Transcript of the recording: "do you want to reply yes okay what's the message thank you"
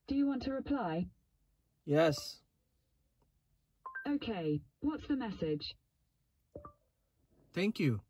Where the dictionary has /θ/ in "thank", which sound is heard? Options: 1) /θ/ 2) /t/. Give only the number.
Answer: 1